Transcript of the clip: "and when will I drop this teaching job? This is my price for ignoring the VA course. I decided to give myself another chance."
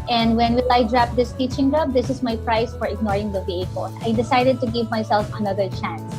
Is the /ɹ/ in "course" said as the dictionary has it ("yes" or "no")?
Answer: no